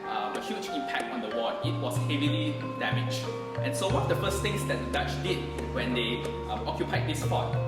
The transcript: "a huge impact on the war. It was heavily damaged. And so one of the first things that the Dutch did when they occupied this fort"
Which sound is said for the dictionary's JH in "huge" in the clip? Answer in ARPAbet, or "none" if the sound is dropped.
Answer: CH